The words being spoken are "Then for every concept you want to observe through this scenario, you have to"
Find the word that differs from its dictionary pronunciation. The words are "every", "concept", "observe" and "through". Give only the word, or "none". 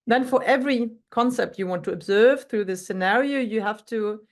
none